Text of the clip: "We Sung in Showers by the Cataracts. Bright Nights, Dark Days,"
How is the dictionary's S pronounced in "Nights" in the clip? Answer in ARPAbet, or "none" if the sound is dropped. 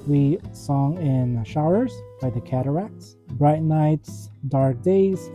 S